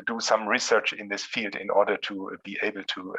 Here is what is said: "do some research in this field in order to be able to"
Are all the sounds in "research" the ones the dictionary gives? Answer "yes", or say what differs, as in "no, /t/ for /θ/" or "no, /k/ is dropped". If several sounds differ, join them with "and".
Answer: yes